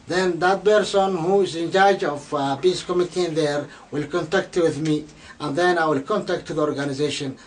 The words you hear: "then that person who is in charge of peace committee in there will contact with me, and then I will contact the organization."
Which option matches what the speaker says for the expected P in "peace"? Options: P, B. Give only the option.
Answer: B